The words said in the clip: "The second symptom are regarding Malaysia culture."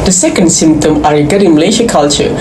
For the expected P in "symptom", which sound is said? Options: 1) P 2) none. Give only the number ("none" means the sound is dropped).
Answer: 1